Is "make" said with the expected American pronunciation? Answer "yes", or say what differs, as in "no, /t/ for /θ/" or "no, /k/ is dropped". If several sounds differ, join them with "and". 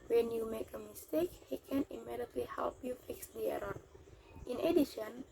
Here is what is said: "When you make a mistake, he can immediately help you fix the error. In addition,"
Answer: yes